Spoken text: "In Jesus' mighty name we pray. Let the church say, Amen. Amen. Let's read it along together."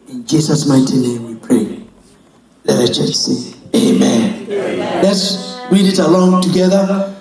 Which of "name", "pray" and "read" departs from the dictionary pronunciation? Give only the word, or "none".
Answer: none